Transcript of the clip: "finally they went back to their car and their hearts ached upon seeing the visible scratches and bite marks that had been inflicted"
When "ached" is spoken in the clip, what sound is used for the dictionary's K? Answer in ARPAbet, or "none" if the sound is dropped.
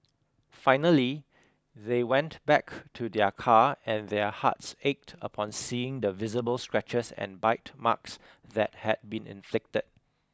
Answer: K